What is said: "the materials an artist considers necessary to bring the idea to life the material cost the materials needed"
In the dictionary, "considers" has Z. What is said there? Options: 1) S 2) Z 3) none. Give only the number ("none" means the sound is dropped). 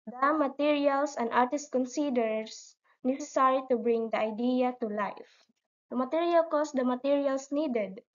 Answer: 1